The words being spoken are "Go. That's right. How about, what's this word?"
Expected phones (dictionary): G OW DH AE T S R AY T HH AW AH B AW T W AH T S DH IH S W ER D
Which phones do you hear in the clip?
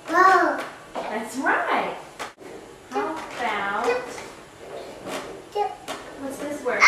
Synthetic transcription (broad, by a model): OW DH AE T S R AY T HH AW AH AW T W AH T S DH IH S W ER